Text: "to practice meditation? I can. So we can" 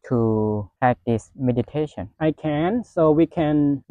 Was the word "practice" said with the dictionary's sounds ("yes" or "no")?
no